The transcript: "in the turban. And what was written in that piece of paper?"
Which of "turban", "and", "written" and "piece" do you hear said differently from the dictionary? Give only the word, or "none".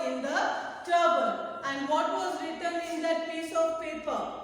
turban